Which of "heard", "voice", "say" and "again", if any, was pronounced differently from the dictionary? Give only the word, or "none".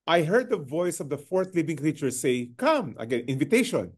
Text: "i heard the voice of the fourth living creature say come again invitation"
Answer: none